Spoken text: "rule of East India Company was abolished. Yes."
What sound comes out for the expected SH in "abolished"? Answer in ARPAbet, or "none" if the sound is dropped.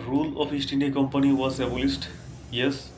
S